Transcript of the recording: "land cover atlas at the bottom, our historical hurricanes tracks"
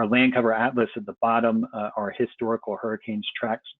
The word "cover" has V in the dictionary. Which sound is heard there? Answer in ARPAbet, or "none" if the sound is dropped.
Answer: V